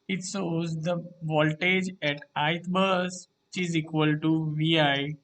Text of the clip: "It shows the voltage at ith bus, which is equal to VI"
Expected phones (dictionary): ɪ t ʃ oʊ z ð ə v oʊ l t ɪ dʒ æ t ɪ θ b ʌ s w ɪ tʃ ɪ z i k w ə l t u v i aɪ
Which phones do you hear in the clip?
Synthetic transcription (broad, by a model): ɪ t s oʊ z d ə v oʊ l t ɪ dʒ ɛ t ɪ t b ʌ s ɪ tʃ ɪ z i k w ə l t u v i aɪ